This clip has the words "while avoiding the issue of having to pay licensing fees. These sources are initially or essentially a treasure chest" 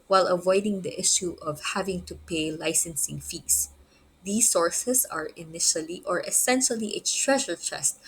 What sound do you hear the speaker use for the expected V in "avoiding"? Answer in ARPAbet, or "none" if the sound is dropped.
V